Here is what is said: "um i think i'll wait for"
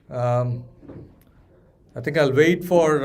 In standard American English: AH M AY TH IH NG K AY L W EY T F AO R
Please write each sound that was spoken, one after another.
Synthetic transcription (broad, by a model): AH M AY T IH NG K AY L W EY T F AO R